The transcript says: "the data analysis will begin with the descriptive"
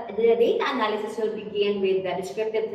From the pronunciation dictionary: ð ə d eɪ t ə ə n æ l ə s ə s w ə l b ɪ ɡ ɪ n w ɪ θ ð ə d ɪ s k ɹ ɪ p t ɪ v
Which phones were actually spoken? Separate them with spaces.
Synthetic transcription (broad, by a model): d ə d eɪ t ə ə n æ l ə s ə s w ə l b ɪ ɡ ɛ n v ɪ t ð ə d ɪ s k ɹ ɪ p t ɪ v